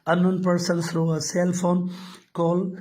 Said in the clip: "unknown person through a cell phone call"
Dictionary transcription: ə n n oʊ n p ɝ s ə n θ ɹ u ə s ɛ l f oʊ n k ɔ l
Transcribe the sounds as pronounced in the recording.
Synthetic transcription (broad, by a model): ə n n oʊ n p ɝ s ə n s ɹ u ə s ɛ l f oʊ n k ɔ l